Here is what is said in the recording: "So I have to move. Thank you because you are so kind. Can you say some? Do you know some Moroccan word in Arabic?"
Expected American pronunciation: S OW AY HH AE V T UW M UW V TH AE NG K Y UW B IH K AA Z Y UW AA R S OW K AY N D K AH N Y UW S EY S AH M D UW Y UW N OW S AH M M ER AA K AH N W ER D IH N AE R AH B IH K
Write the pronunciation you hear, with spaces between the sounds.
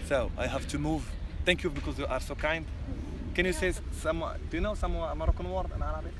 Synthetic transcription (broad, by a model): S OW AY HH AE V T UW M UW V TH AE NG K Y UW B IH K AA Z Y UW AA R S OW K AY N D K AH N Y UW S EY S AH M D Y UW N OW S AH M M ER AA K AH N W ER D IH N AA R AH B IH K